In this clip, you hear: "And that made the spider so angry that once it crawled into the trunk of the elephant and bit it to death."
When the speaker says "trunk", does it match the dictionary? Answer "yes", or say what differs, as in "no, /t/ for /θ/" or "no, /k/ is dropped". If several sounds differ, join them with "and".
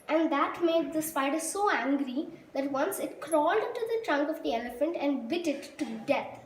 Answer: yes